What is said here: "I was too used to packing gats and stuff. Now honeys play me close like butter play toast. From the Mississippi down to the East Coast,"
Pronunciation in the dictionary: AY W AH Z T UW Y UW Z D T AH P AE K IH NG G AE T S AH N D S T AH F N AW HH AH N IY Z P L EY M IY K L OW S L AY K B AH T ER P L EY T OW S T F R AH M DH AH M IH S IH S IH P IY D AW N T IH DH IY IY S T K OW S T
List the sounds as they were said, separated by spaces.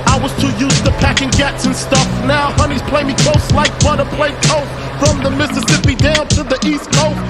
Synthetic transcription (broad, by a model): AY W AH Z T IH Y UW Z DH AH P AE K IH NG G AE T S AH N S T AH F N AW HH AH N IY Z P L EY M IY K L OW S L AY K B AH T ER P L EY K OW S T F R AH M DH AH M IH S IH S IH P IY D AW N T IH DH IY IY S K OW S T